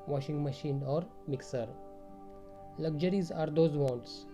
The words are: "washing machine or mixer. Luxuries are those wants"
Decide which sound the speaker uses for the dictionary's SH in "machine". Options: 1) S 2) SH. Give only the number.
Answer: 2